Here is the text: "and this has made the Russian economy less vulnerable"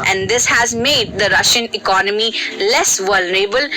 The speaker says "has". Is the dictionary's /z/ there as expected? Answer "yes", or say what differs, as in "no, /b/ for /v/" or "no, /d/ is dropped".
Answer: yes